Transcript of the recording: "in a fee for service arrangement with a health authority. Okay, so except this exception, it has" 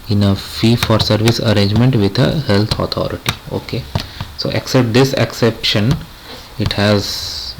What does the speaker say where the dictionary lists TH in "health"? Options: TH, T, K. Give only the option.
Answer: T